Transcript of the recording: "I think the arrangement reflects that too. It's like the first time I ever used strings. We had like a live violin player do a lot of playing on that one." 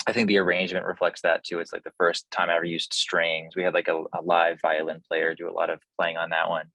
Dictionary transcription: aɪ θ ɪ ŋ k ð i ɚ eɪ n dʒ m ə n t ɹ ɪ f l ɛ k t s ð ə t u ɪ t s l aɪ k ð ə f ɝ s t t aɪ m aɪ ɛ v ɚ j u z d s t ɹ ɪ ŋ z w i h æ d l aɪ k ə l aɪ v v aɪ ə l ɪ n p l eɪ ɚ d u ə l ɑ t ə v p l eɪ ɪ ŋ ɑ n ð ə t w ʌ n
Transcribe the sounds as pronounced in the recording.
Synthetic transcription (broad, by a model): aɪ θ ɪ ŋ k ð i ɚ eɪ n dʒ m ə n t ɹ ɪ f l ɛ k t s ð ə t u ɪ t s l aɪ k ð ə f ɝ s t t aɪ m aɪ ɛ v ɚ j u z d s t ɹ ɪ ŋ z w i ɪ d l aɪ k ə l aɪ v v aɪ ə l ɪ n p l eɪ ɚ d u ə l ɑ t ə v p l eɪ ɪ ŋ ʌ n ð ə t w ʌ n